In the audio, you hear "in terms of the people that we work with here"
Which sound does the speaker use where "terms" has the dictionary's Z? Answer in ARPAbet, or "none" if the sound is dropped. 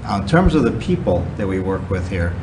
Z